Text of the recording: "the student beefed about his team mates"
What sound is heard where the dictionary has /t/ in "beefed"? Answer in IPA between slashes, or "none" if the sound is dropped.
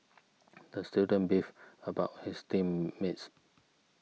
none